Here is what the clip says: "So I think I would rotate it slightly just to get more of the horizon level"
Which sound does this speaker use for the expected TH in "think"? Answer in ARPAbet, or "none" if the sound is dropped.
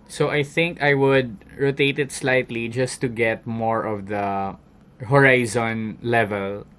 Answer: TH